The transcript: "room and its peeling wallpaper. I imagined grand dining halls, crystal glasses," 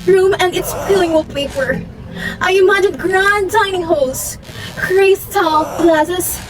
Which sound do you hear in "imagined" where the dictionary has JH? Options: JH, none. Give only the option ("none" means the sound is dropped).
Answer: none